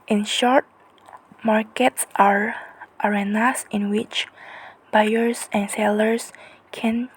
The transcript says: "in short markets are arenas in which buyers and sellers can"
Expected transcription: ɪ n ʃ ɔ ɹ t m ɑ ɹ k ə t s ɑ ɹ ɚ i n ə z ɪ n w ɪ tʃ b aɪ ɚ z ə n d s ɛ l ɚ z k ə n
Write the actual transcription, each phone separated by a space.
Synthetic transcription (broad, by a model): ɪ n ʃ ɔ ɹ t m ɑ ɹ k ə t s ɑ ɹ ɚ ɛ n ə s ɪ n w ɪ tʃ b aɪ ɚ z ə n s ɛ l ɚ s k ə n